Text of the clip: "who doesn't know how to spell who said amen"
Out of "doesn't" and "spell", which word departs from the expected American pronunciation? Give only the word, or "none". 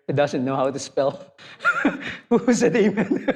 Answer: none